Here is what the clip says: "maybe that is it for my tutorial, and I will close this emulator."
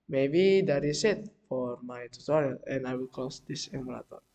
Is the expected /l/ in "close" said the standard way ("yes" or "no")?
no